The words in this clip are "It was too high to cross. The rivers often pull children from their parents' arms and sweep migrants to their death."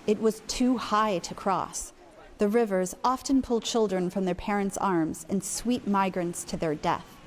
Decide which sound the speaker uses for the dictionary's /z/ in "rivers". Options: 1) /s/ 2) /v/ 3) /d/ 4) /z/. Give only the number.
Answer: 4